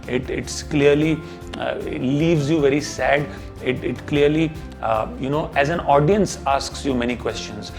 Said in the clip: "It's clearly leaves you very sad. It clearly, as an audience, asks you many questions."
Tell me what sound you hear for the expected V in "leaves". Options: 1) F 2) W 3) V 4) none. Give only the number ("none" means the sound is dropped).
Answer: 3